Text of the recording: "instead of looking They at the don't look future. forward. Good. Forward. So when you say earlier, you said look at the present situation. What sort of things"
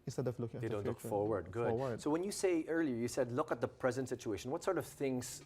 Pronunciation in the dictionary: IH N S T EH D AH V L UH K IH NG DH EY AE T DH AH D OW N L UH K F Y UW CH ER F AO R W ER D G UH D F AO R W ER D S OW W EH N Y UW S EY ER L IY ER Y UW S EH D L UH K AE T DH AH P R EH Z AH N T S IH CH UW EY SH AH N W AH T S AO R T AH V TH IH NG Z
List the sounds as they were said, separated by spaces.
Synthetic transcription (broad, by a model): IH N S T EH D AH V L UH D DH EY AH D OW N L UH K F F AO R W ER D G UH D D S OW W EH N Y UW S EY ER L IY ER Y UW S EH D L UH K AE T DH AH P R EH Z AH N T S IH CH UW EY SH AH N W AH T S AO R T AH V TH IH NG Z